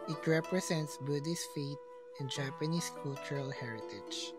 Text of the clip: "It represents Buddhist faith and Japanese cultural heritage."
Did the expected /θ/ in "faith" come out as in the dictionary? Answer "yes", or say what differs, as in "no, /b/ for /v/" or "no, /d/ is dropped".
no, /t/ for /θ/